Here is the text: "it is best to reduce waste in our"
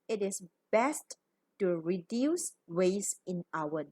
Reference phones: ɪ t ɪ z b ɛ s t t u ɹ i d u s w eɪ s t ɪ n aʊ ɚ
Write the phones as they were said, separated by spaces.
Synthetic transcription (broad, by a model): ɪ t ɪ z b ɛ s t t u ɹ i d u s w eɪ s ɪ n aʊ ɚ